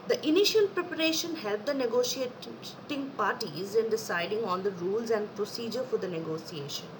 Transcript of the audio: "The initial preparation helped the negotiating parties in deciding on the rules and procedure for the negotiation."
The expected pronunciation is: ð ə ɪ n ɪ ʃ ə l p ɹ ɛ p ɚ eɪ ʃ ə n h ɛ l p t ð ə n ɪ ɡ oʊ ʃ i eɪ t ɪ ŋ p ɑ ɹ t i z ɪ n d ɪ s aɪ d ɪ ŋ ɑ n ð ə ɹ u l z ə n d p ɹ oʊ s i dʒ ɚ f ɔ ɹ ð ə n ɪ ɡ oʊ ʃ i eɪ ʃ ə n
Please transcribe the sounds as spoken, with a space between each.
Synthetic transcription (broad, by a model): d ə ɪ n ɪ ʃ ə l p ɹ ɛ p ɚ eɪ ʃ ə n h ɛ l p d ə n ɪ ɡ oʊ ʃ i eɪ t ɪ ŋ p ɑ ɹ t i z ɪ n d ɪ s aɪ d ɪ ŋ ɑ n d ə ɹ u l z ə n d p ɹ oʊ s i dʒ ɚ f ɔ ɹ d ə n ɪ ɡ oʊ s i eɪ ʃ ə n